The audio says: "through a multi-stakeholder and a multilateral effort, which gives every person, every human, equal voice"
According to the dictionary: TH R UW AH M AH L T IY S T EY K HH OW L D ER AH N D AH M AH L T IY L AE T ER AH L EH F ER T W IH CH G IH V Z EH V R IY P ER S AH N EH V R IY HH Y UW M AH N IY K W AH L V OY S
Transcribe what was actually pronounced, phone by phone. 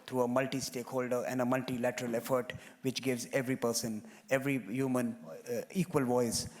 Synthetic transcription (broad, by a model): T R UW AH M AH L T IY S T EY K HH OW L D ER AH N D AH M AH L T IY L AE T ER AH L EH F ER T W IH CH G IH V Z EH V R IY P ER S AH N EH V R IY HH Y UW M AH N IY K W AH L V OY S